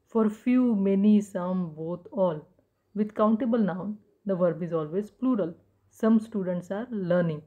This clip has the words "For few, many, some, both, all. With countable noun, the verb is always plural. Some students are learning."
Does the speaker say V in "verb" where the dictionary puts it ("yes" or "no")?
yes